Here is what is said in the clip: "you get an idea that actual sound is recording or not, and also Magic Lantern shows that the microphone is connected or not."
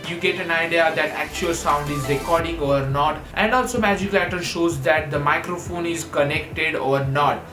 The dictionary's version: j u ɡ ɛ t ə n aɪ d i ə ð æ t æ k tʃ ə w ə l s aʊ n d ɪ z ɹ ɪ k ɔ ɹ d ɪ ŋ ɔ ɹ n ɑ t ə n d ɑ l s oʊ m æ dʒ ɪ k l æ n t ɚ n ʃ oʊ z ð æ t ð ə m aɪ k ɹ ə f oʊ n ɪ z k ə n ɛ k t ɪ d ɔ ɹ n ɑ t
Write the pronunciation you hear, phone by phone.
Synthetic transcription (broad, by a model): j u ɡ ɛ t ə n aɪ d i ə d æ t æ k tʃ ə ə l s aʊ n d ɪ z ɹ ɪ k ɔ ɹ d ɪ ŋ ɔ ɹ n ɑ t ə n d ɑ l s oʊ m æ dʒ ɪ k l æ t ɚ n ʃ oʊ z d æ t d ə m aɪ k ɹ ə f oʊ n ɪ z k ə n ɛ k t ɪ d ɔ ɹ n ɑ t